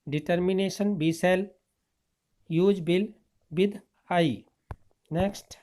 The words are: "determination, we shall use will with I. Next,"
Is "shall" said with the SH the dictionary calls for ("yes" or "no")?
no